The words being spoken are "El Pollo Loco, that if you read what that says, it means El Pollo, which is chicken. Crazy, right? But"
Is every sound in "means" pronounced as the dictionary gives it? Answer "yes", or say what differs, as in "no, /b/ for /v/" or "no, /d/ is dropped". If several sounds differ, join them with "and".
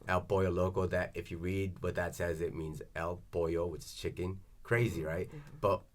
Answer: yes